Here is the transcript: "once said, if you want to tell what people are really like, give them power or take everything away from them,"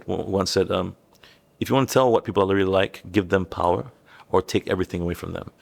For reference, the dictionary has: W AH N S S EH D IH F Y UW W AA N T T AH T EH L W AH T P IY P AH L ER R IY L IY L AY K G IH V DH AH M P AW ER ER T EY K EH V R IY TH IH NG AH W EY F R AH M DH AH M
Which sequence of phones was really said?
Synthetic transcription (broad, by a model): W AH N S S EH D IH F Y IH W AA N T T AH T EH L W AH T P IY P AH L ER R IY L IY L AY K G IH V DH AH M P AW ER ER T EY K EH V R IY TH IH NG AH W EY F R AH M DH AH M